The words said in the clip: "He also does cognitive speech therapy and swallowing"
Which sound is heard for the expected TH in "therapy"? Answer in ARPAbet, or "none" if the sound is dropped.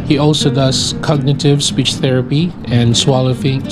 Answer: TH